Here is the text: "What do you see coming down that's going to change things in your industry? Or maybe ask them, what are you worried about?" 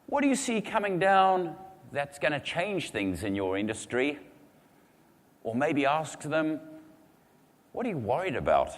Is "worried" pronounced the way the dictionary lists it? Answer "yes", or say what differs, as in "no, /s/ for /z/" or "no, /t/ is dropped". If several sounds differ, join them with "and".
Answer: yes